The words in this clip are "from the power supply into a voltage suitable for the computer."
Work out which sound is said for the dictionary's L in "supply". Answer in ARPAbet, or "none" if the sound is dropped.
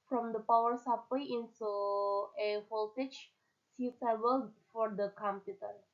W